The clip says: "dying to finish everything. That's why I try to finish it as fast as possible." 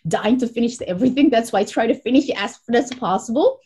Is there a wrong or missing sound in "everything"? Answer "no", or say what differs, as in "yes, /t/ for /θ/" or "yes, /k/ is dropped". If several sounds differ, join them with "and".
no